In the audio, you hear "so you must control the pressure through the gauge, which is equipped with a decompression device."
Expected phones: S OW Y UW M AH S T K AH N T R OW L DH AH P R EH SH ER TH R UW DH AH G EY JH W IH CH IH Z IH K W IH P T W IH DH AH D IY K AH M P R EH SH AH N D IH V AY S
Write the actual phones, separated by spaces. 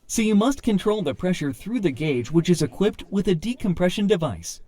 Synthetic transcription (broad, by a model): S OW Y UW M AH S T K AH N T R OW L DH AH P R EH SH ER TH R UW DH AH G EY JH W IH CH IH Z IH K W IH P T W IH DH AH D IY K AH M P R EH SH AH N D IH V AY S